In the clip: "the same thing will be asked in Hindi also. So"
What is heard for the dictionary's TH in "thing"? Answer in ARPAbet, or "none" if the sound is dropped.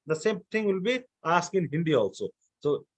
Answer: T